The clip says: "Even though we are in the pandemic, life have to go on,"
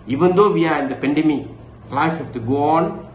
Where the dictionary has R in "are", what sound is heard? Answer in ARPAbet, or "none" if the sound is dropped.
R